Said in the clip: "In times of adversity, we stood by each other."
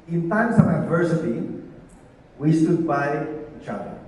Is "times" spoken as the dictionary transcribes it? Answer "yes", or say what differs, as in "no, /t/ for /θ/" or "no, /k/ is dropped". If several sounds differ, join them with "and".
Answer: no, /s/ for /z/